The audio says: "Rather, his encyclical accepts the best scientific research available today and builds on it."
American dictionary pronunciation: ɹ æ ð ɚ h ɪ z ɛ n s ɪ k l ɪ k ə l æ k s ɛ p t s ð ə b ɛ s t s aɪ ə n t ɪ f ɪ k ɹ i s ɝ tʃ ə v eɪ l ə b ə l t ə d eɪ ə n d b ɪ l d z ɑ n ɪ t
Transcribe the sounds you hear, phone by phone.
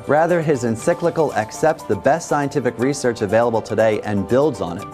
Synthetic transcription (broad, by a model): ɹ æ ð ɚ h ɪ z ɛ n s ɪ k l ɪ k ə l æ k s ɛ p t s ð ə b ɛ s t s aɪ ə n t ɪ f ɪ k ɹ i s ɝ tʃ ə v eɪ l ə b l t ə d eɪ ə n b ɪ l d z n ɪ t